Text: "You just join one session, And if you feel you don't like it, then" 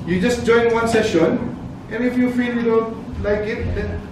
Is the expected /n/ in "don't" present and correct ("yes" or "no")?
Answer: no